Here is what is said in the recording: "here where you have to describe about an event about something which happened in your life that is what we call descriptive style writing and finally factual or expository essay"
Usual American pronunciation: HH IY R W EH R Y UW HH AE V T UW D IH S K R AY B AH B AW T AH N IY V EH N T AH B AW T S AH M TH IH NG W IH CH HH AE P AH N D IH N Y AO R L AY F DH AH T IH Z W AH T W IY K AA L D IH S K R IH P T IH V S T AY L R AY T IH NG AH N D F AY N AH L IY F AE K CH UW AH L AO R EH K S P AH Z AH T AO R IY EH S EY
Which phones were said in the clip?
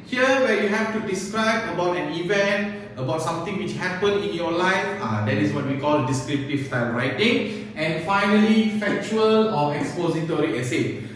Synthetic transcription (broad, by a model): HH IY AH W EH Y UW HH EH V T UW D IH S K R AY B AH B AW T AH N IY V EH N T AH B AW T S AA M T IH NG W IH CH HH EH P AH N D IH N Y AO L AY F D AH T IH S W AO T W IY K AA L D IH S K R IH P T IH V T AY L R AY T IH NG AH N F AY N AH L IY F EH K CH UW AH L AO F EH K S P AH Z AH T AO R IY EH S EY